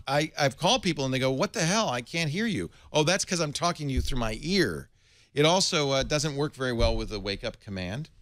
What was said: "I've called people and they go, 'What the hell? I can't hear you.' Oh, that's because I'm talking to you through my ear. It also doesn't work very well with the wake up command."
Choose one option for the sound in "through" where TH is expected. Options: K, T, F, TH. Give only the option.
TH